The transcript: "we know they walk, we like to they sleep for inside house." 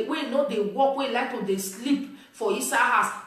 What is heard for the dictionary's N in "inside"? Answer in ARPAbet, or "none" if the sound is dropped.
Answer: none